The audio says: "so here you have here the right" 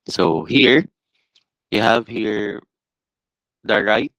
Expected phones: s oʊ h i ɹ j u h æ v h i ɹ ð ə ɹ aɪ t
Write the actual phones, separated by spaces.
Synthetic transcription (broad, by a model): s oʊ h i ɹ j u h æ v h i ɹ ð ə ɹ aɪ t